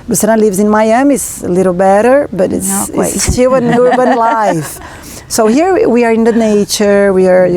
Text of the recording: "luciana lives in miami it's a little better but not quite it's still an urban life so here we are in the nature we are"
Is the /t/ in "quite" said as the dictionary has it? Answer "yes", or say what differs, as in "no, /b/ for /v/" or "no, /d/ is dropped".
no, /t/ is dropped